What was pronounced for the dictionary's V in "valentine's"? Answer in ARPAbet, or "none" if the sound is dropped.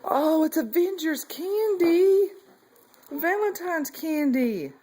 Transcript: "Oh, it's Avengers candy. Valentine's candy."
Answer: V